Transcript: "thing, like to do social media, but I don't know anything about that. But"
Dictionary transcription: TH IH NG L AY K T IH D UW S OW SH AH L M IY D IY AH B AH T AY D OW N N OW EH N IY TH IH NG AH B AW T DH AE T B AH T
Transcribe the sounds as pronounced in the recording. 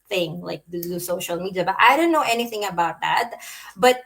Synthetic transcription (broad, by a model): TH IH NG L AY K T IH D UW S OW SH AH L M IY D IY AH B AH T AY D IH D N OW EH N IY TH IH NG AH B AW T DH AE T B AH T